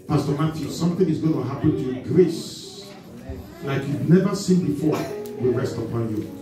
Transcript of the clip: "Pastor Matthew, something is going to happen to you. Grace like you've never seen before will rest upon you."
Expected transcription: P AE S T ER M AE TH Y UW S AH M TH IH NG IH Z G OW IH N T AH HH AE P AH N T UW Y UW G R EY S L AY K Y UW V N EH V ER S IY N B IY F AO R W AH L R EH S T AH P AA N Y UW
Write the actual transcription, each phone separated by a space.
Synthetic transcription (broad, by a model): P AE S T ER M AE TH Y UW S AH M TH IH NG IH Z G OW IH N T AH HH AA P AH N T UW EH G R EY S L AY K Y UW V N EH V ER S IY N B IY F AO R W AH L R EH S T AH P AA N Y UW